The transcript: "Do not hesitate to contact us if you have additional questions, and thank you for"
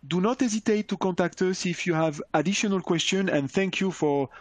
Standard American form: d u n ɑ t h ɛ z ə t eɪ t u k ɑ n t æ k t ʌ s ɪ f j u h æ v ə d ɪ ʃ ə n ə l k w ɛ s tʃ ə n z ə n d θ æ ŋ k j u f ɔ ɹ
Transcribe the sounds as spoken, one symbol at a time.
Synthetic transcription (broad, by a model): d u n ɑ t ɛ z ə t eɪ t u k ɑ n t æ k t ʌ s ɪ f j u h æ v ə d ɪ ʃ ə n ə l k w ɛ s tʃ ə n ə n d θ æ ŋ k j u f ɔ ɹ